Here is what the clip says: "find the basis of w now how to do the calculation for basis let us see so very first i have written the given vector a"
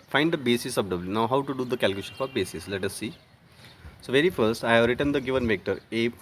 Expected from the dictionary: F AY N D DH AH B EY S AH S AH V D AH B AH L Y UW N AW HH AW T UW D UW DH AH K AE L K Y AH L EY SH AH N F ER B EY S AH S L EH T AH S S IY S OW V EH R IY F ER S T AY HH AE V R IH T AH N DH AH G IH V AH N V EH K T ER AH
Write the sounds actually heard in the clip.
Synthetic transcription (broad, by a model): F AY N D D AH B EY S AH S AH P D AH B L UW N AW HH AW T UW D UW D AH K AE L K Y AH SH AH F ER B EY S AH S L EH T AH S S IY S OW V EH R IY F ER S T AY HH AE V R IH T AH N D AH G IH V AH N V EH K T ER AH